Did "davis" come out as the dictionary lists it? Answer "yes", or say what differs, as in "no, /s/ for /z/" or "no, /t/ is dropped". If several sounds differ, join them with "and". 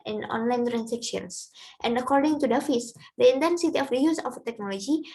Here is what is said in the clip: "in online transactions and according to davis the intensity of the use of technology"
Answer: no, /f/ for /v/